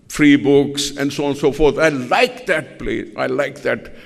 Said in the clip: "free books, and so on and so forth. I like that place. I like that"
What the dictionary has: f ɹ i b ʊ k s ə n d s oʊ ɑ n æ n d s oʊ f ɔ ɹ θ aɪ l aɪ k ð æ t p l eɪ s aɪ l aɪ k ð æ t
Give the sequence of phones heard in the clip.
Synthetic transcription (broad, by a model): f ɹ i b ʊ k s ə n d s oʊ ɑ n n s oʊ f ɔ ɹ t aɪ l aɪ k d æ t p l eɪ aɪ l aɪ k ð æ t